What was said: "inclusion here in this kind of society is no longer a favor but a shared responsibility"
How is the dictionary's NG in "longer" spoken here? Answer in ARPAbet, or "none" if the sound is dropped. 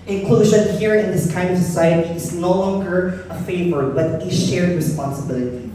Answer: NG